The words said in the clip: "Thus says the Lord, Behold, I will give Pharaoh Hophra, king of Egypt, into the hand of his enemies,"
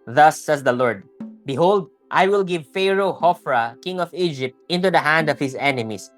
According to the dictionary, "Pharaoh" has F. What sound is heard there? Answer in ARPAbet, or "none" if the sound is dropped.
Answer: F